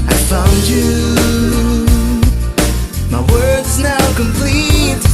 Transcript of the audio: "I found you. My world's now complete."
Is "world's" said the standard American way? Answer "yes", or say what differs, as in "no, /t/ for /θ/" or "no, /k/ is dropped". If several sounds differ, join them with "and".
no, /l/ is dropped